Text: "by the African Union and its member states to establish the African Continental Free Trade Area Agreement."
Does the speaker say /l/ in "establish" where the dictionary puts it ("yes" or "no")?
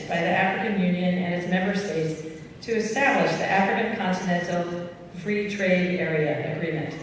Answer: yes